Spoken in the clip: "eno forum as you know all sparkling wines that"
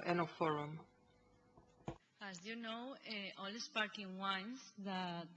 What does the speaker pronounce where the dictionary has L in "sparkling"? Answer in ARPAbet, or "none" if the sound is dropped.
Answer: none